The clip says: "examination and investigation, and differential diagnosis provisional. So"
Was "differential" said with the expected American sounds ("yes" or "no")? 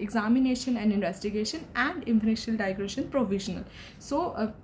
no